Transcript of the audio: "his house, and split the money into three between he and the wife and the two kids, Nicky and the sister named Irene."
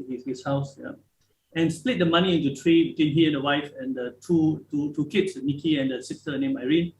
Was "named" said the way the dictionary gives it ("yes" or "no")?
no